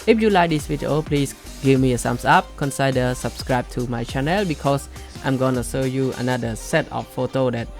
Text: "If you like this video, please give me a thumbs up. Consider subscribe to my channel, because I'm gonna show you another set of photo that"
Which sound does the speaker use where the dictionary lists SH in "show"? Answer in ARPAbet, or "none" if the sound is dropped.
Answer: S